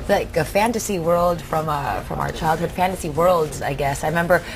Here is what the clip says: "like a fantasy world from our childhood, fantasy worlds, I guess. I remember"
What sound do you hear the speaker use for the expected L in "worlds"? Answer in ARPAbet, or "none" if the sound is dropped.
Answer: L